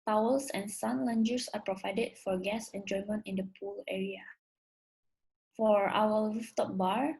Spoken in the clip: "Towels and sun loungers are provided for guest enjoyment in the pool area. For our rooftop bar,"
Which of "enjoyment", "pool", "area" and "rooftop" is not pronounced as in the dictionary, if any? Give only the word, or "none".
rooftop